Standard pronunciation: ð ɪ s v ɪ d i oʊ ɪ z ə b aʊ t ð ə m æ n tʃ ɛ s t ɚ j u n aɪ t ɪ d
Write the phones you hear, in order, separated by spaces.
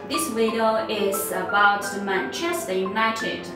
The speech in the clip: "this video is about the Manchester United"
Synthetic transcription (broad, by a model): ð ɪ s w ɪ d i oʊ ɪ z ə b aʊ t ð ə m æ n tʃ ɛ s t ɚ j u n aɪ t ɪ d